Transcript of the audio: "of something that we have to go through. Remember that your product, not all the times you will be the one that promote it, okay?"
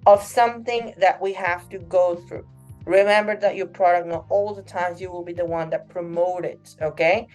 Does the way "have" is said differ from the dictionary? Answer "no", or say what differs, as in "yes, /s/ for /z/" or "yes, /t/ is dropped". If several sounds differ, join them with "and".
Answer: yes, /f/ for /v/